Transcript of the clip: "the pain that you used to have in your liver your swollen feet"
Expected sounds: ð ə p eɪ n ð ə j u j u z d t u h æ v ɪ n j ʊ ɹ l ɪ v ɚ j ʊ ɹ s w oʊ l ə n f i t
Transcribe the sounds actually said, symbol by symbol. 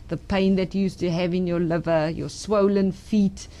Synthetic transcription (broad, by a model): ð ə p eɪ n ð ə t j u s t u h æ v ɪ n j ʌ l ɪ v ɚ j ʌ s w oʊ l ə n f i t